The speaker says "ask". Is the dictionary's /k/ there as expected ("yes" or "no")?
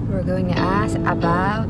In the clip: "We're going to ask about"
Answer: no